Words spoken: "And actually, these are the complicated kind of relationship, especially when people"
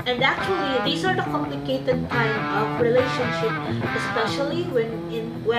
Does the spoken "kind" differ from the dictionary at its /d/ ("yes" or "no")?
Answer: yes